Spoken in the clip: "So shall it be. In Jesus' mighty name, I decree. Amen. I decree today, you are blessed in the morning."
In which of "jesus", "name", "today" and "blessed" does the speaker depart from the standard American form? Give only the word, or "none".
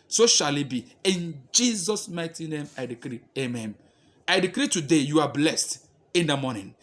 none